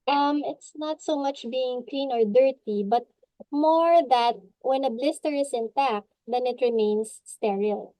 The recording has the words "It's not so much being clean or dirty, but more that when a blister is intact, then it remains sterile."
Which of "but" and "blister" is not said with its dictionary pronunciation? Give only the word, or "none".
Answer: none